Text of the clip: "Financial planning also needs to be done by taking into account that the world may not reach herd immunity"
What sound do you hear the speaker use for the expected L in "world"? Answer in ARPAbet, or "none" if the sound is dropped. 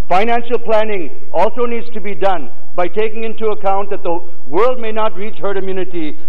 L